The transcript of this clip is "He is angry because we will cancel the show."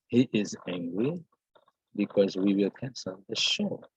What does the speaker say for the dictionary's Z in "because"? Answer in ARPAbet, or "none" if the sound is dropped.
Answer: Z